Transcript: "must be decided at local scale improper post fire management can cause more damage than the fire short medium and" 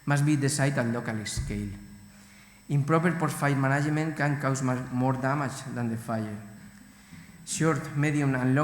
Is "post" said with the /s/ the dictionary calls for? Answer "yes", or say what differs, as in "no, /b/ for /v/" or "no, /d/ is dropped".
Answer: no, /s/ is dropped